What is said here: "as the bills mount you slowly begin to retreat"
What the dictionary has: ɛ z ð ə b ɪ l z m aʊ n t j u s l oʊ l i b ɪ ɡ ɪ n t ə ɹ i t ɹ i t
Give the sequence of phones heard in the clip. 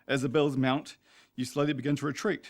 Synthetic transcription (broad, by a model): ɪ z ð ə b ɪ l z m aʊ n t j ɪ s l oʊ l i b ɪ ɡ ɪ n t ə ɹ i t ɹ i t